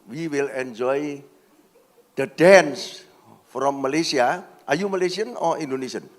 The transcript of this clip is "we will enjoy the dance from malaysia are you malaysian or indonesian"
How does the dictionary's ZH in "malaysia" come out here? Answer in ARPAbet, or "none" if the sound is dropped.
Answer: S